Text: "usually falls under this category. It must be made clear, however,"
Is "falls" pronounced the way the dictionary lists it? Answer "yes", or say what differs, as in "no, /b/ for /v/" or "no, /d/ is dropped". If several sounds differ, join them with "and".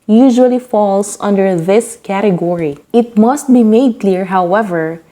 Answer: no, /s/ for /z/